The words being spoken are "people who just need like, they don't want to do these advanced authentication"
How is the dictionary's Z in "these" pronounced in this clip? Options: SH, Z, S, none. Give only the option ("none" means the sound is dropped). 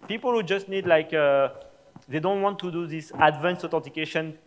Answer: S